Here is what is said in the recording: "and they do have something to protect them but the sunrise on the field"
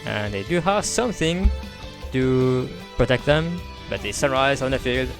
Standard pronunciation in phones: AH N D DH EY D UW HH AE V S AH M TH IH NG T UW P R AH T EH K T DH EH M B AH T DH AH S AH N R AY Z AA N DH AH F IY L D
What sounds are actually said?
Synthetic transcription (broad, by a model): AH N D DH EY D UW HH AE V S AH M TH IH NG T UW P R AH T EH K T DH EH M B AH T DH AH S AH R AY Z AA N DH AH F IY L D